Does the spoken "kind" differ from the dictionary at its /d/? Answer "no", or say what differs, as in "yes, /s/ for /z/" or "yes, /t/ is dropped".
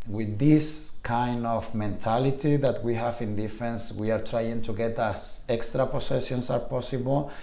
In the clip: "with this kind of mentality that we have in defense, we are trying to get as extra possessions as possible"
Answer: no